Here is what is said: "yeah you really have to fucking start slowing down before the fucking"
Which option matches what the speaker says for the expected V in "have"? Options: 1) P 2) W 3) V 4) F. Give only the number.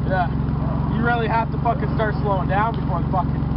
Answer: 4